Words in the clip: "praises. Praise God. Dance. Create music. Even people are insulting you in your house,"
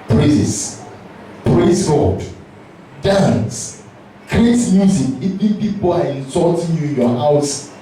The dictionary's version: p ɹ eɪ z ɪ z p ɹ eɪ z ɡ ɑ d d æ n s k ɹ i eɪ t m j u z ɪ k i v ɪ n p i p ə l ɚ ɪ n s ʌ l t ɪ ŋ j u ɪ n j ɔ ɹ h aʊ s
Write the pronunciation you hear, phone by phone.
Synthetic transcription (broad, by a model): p ɹ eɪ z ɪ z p ɹ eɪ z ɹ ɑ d d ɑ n s k ɹ i eɪ t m j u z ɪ k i p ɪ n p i p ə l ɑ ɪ n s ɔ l t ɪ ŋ j u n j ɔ h aʊ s